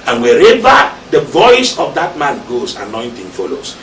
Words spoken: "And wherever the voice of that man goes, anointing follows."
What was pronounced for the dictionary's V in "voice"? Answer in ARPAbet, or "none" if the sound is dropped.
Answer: V